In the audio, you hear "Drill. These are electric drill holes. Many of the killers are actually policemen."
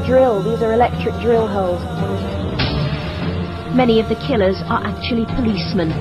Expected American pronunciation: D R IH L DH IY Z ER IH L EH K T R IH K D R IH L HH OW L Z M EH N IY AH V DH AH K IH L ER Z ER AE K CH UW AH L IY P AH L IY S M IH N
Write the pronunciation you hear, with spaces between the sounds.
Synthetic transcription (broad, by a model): D R IH L DH IY Z ER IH L EH K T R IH K D R IH L HH OW L Z M EH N IY AH V DH AH K IH L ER Z ER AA K CH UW AH L IY P AH L IY S M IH N